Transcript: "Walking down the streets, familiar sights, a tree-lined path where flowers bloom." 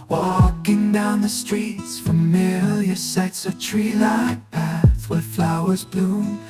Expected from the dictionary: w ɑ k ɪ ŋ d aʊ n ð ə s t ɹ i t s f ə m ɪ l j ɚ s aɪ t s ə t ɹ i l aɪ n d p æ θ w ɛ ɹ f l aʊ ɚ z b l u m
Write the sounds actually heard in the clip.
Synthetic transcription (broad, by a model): w ɑ k ɪ ŋ d aʊ n ð ə s t ɹ i t s f ə m ɪ l j ɚ s aɪ t s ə t ɹ i l aɪ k p æ θ w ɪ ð f l aʊ ɚ z b l u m